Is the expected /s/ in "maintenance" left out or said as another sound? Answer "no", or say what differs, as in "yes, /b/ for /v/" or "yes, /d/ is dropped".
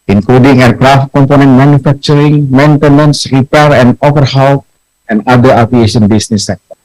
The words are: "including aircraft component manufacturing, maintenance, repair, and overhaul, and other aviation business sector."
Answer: no